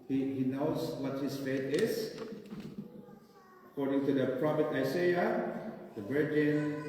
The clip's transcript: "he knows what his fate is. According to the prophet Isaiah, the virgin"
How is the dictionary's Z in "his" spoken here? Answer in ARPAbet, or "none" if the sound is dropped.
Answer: S